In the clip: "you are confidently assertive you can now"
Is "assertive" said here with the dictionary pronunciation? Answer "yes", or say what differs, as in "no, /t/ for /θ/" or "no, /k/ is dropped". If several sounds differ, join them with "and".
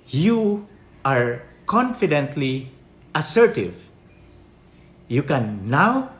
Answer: yes